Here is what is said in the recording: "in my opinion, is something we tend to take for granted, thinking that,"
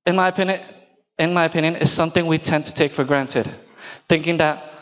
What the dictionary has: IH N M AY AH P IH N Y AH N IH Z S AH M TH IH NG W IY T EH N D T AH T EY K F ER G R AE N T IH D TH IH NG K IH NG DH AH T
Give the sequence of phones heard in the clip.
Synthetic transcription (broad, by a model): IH N M AY AH P IH N Y AH N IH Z S AH M TH IH NG W IY T EH N T AH T EY K F ER G R AE N T IH D TH IH NG K IH NG DH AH T